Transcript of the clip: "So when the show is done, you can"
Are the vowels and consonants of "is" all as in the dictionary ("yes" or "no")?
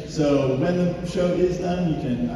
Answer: yes